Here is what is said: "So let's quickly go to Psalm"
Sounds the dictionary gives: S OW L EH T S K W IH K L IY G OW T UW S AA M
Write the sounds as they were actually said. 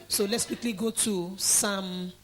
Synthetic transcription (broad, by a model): S OW L EH T S K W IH K L IY G OW T UW S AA M